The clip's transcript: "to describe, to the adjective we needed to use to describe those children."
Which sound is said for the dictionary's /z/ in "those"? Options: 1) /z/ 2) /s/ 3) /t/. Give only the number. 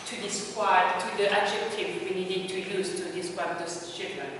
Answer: 2